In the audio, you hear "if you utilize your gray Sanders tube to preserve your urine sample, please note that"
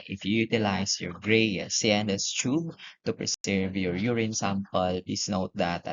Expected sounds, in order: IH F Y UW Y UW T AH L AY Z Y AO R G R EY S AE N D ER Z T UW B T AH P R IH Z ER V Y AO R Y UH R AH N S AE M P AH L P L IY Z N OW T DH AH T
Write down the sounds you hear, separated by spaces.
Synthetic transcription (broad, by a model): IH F Y UW Y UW T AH L AY S Y AO R G R EY S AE N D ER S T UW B T AH P R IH S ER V Y AO R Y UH R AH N S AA M P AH L P L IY S N OW T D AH T